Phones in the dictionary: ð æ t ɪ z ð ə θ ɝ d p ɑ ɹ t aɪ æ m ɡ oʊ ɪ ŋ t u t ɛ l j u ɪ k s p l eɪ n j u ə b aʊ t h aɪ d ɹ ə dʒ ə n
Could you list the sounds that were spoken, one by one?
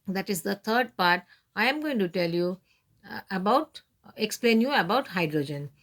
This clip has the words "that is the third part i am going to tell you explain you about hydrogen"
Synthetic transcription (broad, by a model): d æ t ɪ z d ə t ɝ d p ɑ ɹ t aɪ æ m ɡ oʊ ɪ ŋ t u t ɛ l j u ɪ k s p l eɪ n j u ə b aʊ t h aɪ d ɹ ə dʒ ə n